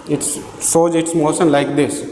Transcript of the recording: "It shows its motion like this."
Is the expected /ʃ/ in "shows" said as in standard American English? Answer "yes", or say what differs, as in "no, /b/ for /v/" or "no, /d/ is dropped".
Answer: no, /s/ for /ʃ/